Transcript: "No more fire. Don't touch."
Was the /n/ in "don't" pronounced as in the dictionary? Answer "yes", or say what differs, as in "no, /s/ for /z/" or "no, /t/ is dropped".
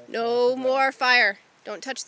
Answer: yes